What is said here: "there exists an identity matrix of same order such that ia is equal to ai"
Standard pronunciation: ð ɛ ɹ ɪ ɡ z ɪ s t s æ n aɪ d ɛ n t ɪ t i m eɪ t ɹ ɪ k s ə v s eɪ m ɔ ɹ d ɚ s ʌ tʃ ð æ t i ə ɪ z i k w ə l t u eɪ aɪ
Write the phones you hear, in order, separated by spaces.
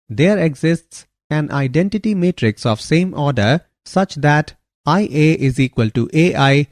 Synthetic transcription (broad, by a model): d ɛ ɹ ɪ ɡ z ɪ s t s æ n aɪ d ɛ n t ɪ t i m eɪ t ɹ ɪ k s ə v s eɪ m ɔ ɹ d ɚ s ʌ tʃ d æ t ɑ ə ɪ z i k w ə l t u eɪ aɪ